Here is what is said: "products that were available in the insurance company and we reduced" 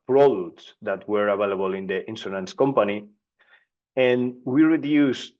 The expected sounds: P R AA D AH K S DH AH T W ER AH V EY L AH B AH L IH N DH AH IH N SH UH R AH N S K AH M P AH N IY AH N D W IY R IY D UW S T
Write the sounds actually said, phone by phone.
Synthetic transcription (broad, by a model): P R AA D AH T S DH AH T W ER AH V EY L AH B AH L IH N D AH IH N S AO L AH N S K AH M P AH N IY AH N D W IY R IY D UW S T